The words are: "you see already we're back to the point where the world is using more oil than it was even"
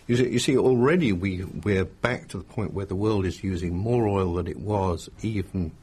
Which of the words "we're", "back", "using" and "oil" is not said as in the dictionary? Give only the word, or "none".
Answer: none